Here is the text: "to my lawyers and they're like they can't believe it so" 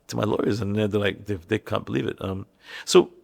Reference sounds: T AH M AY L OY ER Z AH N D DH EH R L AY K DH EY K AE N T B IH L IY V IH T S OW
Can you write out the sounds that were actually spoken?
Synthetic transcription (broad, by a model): T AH M AY L OY ER Z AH N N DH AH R L AY K DH EY K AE N B IH L IY V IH T S OW